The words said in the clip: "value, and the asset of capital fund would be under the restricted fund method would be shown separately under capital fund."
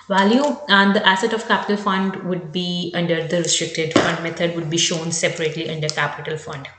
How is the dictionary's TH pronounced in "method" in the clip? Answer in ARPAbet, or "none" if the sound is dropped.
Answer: T